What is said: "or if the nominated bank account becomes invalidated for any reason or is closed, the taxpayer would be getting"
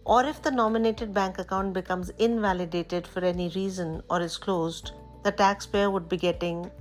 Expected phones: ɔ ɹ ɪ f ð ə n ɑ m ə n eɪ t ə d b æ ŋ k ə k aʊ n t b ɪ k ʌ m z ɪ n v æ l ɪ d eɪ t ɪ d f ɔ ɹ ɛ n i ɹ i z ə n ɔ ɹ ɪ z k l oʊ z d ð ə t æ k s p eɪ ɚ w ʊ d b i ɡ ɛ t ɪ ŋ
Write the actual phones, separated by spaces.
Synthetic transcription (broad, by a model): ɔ ɹ ɪ f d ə n ɑ m ə n eɪ t ə d b æ ŋ k ə k aʊ n t b ɪ k ʌ m z ɪ n v æ l ɪ d eɪ t ɪ d f ɔ ɹ ɛ n i ɹ i z ə n ɔ ɹ ɪ z k l oʊ z d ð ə t æ k s p eɪ ɚ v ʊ d b i ɡ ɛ t ɪ ŋ